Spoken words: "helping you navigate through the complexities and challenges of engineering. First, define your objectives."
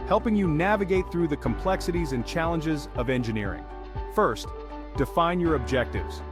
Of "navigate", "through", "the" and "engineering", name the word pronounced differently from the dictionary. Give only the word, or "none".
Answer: none